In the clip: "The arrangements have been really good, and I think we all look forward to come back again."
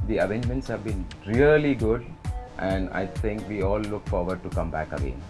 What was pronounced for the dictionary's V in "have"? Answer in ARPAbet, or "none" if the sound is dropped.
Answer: V